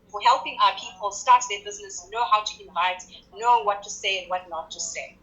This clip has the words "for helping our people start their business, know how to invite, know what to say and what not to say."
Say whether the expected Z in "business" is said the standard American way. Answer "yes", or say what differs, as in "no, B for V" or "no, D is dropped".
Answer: yes